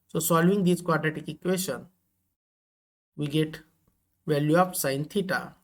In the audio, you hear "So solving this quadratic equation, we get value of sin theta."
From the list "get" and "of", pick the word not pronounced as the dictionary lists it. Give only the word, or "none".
of